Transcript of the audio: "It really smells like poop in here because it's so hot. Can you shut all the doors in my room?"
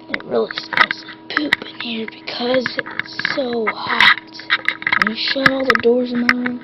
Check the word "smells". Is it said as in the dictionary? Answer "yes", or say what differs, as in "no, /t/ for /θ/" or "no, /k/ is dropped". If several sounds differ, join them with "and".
no, /m/ is dropped